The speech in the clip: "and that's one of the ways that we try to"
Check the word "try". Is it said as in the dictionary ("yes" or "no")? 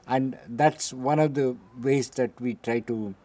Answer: yes